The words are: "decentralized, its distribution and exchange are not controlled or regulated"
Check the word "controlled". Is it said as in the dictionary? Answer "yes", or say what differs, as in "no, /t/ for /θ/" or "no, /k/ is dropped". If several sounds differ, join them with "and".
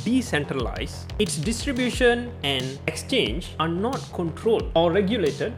yes